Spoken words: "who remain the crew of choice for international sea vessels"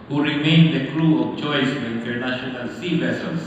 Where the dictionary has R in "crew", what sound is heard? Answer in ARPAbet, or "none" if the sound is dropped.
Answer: L